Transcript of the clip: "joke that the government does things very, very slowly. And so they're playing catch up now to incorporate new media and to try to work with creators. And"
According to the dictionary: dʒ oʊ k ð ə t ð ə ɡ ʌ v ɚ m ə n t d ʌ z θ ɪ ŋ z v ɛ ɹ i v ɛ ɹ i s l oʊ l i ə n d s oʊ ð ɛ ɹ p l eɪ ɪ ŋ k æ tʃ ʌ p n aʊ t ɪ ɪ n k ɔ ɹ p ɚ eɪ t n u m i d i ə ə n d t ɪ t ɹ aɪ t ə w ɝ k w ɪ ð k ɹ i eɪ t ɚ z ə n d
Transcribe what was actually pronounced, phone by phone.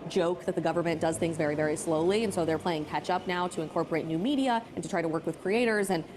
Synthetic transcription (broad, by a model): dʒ oʊ k ð ə t ð ə ɡ ʌ v ɚ m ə n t d ʌ z θ ɪ ŋ z v ɛ ɹ i v ɛ ɹ i s l oʊ l i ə n s oʊ ð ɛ ɹ p l eɪ ɪ ŋ k æ tʃ ʌ p n aʊ t ɪ ɪ n k ɔ ɹ p ɚ eɪ t n u m i d i ə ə n t ɪ t ɹ aɪ t ə w ɝ k w ɪ ð k ɹ i eɪ t ɚ z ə n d